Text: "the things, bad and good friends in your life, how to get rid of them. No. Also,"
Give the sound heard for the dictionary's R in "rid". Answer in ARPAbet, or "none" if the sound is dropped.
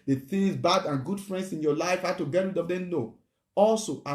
W